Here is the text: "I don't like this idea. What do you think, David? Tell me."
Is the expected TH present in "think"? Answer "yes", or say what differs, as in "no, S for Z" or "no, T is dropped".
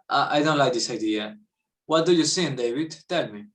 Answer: no, S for TH